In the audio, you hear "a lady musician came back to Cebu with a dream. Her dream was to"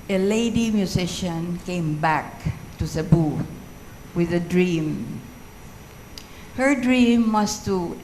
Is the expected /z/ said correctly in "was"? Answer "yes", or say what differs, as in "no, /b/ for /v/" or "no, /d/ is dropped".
no, /s/ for /z/